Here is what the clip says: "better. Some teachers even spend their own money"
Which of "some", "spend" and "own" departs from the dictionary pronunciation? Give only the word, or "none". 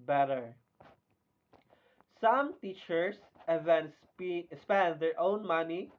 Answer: none